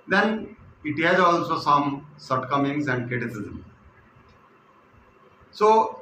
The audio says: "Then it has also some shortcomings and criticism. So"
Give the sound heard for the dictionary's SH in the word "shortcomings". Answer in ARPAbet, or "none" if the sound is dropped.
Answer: S